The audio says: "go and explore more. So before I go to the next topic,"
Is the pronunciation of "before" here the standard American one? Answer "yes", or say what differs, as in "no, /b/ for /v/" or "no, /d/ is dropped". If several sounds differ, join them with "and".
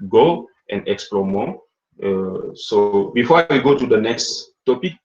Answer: no, /w/ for /ɹ/